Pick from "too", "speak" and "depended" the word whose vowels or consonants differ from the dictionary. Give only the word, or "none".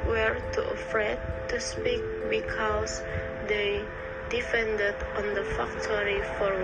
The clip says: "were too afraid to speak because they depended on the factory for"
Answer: depended